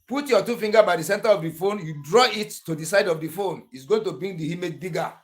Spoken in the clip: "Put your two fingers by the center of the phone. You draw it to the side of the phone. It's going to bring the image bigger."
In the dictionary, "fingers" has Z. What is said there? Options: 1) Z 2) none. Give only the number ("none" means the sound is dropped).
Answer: 2